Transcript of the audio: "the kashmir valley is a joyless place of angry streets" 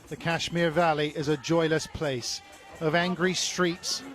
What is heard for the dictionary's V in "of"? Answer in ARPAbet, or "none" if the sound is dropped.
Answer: V